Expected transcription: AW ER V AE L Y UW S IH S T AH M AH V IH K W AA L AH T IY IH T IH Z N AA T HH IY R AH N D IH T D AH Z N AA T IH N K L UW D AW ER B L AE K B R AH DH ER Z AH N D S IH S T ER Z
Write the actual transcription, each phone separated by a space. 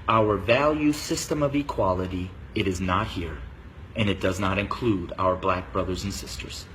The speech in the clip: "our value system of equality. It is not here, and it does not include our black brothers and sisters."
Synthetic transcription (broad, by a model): AW ER V AE L Y UW S IH S T AH M AH V IH K W AA L AH T IY IH T IH Z N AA T HH IY R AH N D IH T D AH Z N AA T IH N K L UW D AW ER B L AE K B R AH DH ER Z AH N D S IH S T ER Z